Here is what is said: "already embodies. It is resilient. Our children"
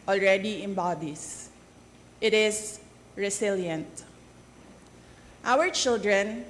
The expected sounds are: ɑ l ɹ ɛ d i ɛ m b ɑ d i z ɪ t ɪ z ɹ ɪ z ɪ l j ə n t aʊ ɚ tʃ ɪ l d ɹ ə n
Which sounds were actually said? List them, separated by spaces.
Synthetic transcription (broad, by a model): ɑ l ɹ ɛ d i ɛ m b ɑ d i s ɪ t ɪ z ɹ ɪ s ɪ l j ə n t aʊ ɚ tʃ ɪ l d ɹ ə n